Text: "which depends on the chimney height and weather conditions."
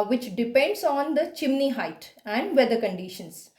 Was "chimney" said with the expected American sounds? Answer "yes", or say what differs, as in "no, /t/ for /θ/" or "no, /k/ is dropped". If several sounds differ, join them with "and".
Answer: yes